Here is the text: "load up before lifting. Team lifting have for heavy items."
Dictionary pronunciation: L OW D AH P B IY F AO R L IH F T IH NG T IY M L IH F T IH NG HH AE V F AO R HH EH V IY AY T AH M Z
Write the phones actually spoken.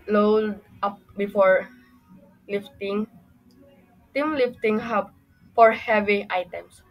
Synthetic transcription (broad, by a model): L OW D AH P B IY F AO R L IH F T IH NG T IY M L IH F T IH NG HH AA B F AO R HH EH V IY AY T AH M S